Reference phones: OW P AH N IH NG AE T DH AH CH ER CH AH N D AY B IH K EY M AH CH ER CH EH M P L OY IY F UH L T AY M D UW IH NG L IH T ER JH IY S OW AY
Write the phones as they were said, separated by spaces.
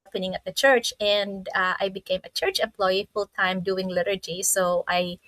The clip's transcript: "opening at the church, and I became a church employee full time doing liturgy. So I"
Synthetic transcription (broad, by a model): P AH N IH NG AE T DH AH CH ER CH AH N D AY B IH K EY M AH CH ER CH EH M P L OY IY F UH L T AY M D UW IH NG L IH T ER JH IY S OW AY